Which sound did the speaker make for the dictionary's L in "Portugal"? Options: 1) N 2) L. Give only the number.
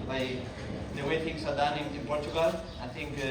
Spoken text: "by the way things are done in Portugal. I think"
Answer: 2